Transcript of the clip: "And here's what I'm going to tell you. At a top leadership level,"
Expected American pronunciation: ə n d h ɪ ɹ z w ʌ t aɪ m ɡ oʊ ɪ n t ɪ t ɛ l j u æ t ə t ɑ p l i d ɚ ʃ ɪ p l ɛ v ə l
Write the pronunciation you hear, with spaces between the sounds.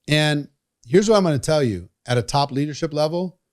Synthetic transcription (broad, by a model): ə n h ɪ ɹ z w ʌ t aɪ m ɡ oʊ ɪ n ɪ t ɛ l j u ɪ t ə t ɑ p l i d ɚ ʃ ɪ p l ɛ v l